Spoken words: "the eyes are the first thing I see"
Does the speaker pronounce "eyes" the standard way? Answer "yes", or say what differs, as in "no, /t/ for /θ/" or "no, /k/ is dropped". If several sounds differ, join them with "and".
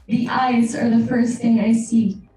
yes